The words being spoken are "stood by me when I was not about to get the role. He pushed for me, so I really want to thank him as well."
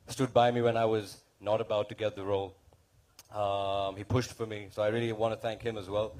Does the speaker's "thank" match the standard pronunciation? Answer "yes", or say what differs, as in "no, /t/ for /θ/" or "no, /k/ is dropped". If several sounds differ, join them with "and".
yes